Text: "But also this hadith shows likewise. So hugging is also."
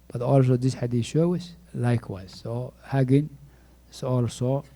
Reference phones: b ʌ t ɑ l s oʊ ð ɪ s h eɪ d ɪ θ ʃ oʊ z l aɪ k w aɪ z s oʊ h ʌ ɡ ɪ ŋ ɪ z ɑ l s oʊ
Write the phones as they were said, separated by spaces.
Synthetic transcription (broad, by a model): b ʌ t ɑ l s oʊ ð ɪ s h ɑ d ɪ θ ʃ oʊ s l aɪ k w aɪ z s oʊ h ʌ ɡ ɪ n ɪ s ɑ l s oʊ